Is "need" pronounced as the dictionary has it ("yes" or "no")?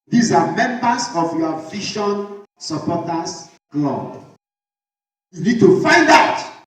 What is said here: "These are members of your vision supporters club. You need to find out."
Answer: yes